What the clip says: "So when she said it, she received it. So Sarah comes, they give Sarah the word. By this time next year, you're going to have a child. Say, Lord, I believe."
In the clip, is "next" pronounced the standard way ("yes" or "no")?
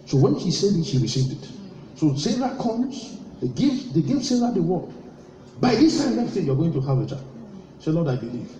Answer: no